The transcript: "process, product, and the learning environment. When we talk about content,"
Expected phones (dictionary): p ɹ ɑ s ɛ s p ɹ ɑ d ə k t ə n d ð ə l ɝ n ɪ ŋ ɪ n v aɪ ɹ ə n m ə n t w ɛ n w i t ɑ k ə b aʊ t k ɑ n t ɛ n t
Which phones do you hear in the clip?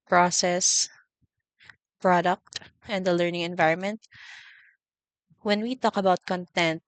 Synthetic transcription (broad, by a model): p ɹ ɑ s ɛ s p ɹ ɑ d ə k t ə n d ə l ɝ n ɪ ŋ ɪ n v aɪ ɹ ə n m ə n t w ɛ n w i t ɑ k ə b aʊ t k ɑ n t ɛ n t